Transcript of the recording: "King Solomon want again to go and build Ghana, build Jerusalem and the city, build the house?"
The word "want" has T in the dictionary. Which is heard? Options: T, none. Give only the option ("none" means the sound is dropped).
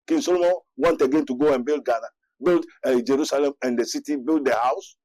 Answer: T